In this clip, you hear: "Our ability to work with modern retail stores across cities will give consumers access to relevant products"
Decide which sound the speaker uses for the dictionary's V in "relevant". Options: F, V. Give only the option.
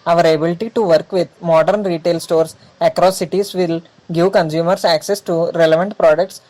V